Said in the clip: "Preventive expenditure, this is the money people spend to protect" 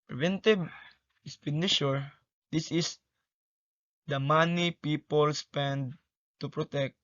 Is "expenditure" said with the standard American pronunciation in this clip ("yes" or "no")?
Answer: no